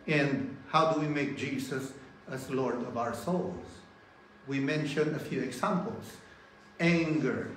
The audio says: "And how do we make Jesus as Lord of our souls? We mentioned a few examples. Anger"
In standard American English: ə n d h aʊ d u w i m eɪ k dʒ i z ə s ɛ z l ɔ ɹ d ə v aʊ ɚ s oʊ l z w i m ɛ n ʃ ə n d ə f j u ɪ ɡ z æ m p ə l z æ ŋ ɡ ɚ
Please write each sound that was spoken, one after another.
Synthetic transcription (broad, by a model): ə n d h aʊ d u w i m eɪ k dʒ i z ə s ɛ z l ɔ ɹ d ə v aʊ ɚ s oʊ l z w i m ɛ n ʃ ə n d ə f j u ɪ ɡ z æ m p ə l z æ ŋ ɡ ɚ